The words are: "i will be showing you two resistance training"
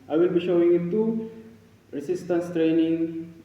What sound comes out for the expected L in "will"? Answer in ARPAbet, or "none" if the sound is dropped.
L